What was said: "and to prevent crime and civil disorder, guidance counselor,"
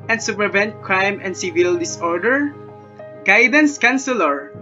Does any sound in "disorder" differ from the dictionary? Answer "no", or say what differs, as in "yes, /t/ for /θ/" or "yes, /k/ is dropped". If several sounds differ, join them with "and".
no